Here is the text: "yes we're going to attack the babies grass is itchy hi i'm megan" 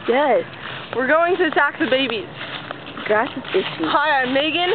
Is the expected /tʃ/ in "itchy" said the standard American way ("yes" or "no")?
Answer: no